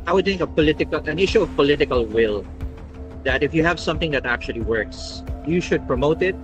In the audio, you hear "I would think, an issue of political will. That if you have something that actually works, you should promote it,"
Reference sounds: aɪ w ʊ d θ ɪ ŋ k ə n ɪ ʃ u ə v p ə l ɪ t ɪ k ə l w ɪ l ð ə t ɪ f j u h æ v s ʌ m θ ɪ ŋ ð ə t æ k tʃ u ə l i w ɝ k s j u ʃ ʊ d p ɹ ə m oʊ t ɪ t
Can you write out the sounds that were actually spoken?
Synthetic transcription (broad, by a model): aɪ w ʊ d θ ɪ ŋ k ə n ɪ ʃ u ə v p ə l ɪ t ɪ k ə l w ɪ l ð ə t ɪ f j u h æ v s ʌ m θ ɪ ŋ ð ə t æ k tʃ u ə l i w ɝ k s j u ʃ ʊ d p ɹ ə m oʊ t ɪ t